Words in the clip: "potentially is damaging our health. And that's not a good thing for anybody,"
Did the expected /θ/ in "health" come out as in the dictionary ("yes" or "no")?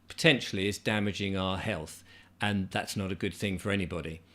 yes